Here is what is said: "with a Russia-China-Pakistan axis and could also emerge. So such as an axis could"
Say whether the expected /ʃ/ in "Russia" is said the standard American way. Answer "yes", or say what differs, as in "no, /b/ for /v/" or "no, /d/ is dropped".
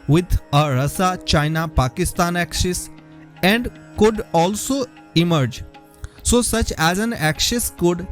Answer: no, /s/ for /ʃ/